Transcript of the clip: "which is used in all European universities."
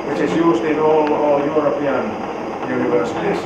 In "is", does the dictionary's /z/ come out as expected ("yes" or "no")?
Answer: no